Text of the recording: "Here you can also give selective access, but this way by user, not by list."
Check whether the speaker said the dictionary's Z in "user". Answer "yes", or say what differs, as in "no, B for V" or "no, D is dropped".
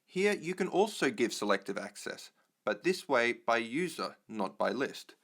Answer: yes